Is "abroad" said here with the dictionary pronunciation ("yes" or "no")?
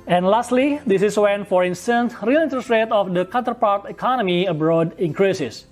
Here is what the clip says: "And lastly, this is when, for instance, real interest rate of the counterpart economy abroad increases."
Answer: yes